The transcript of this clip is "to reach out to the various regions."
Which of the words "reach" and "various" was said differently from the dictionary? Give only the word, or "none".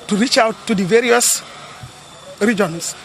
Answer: none